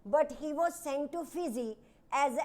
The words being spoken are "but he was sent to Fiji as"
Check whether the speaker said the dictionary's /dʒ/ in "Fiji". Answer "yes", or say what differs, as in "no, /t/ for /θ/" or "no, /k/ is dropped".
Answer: no, /z/ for /dʒ/